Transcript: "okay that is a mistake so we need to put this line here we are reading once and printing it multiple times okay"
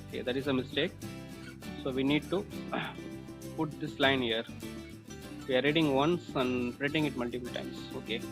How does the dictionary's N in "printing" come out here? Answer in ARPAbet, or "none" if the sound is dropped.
none